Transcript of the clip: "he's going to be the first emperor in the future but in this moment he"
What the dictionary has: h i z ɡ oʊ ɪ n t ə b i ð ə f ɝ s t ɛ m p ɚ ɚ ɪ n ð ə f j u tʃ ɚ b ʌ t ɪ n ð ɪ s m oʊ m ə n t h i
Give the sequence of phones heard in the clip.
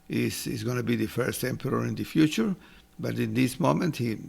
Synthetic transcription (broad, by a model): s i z ɡ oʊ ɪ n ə b i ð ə f ɝ s t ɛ m p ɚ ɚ ɪ n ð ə f j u tʃ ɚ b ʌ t ɪ n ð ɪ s m oʊ m ə n t h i